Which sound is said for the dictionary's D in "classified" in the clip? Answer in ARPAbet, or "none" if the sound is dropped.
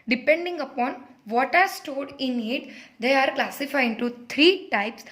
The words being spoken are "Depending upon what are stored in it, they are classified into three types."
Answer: none